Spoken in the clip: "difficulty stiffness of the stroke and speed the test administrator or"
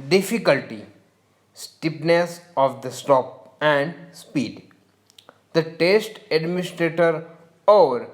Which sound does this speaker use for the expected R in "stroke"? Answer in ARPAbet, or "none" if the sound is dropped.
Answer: none